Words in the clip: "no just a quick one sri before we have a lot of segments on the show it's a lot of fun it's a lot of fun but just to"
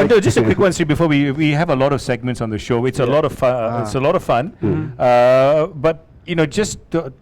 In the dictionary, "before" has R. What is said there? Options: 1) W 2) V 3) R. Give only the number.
1